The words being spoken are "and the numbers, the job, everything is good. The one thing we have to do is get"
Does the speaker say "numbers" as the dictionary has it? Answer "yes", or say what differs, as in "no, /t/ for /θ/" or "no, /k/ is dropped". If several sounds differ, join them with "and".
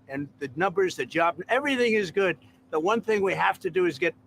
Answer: yes